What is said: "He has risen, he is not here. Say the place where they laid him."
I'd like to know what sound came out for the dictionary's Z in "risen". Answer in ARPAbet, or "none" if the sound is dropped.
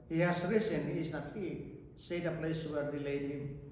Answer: S